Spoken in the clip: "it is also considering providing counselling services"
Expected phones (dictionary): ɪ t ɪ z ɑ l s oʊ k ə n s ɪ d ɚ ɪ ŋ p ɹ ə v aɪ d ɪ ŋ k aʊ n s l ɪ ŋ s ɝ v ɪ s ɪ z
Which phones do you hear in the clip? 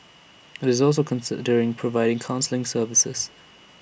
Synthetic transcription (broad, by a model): ɪ t ɪ z ɑ l s oʊ k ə n s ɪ d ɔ ɪ ŋ p ɹ ə v aɪ d ɪ ŋ k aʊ n s l ɪ ŋ s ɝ v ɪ s ɪ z